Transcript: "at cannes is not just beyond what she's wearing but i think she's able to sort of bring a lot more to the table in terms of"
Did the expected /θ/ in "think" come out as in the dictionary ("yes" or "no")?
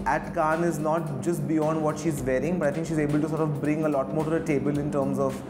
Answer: no